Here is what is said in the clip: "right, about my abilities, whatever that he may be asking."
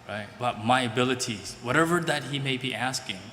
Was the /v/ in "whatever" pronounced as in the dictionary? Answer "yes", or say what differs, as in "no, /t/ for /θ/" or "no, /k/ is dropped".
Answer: yes